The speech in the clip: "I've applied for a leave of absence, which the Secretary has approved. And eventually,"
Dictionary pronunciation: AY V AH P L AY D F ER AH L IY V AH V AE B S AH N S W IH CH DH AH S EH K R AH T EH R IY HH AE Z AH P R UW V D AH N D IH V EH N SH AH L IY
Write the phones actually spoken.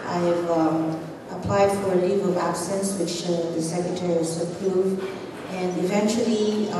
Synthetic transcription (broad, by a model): AY V AH P L AY D F ER AH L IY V AH V AE B S AH N S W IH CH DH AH S EH K R AH T EH R IY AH S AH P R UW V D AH N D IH V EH N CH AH L IY